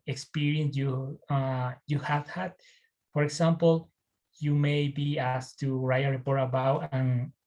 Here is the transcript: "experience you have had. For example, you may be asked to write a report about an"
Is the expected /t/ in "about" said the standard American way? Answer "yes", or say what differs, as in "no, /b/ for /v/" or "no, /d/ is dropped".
no, /t/ is dropped